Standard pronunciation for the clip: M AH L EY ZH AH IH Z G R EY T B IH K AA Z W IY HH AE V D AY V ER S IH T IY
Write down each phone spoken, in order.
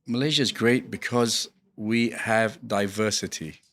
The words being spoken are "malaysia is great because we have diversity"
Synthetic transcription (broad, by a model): M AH L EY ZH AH IH Z G R EY T B IH K AA Z W IY HH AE V D AY V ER S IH T IY